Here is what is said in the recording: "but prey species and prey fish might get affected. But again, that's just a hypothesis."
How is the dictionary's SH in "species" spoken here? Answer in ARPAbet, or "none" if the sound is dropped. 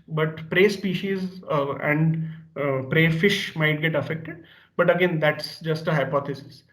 SH